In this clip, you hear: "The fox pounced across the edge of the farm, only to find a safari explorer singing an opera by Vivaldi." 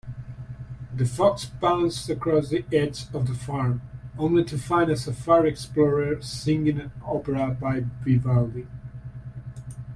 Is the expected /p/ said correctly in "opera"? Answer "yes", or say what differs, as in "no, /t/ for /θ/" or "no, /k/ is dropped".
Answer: no, /p/ is dropped